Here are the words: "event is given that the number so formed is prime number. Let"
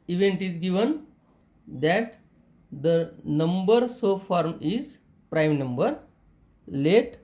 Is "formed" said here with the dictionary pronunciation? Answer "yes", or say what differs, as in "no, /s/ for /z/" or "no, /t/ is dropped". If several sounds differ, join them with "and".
no, /d/ is dropped